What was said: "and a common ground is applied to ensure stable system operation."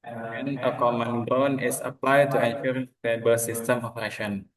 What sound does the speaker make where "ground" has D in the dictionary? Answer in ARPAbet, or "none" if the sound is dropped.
none